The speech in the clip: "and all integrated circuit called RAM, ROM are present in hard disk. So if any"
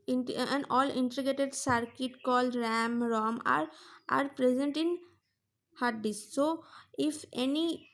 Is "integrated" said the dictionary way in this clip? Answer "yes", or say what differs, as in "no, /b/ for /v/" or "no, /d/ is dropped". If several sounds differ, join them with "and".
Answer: no, /ɹ/ is dropped